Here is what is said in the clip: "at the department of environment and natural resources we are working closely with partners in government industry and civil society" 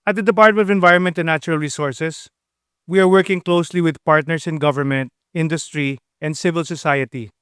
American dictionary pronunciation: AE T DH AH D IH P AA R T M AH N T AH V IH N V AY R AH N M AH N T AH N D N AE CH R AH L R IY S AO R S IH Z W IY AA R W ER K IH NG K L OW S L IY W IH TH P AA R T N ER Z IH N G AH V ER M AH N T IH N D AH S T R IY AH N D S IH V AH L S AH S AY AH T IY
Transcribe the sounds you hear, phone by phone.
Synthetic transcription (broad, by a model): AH T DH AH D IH P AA R T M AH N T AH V IH N V AY R AH N M AH N T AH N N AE CH R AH L R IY S AO R S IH S W IY AA R W ER K IH NG K L OW S L IY W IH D P AA R T N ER S IH N G AH V ER M AH N T IH N D AH S T R IY AH N D S IH V AH L S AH S AY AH T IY